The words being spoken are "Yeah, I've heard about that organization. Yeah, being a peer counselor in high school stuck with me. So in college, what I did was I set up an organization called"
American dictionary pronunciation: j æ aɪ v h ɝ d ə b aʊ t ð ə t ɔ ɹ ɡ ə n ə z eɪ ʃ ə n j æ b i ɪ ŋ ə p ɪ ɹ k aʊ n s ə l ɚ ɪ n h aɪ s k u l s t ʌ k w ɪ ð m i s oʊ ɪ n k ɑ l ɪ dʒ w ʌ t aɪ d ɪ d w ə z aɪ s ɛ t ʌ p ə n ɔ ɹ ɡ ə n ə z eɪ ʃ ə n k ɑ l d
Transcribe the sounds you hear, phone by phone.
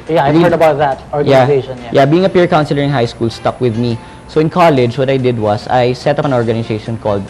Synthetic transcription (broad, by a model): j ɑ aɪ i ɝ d ə b aʊ t ð ə t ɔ ɹ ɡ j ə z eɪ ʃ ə n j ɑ b i ɪ ŋ ə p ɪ ɹ k aʊ n s ə l ɚ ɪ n h aɪ s k u l s t ʌ k w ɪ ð m i s oʊ ɪ n k ɑ l ɪ dʒ w ʌ t aɪ d ɪ d w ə s aɪ s ɛ t ʌ p ə n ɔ ɹ ɡ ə n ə s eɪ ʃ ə n k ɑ l d